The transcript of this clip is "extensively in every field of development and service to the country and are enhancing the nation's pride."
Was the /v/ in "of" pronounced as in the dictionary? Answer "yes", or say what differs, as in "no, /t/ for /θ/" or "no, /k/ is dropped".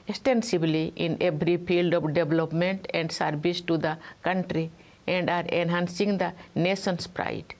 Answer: no, /p/ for /v/